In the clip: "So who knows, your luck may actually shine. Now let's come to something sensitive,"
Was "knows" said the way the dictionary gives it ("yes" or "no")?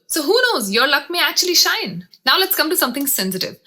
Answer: yes